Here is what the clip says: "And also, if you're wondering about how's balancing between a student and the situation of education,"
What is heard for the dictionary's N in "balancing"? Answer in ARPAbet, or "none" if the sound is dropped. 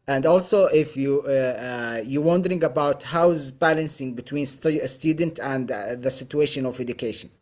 N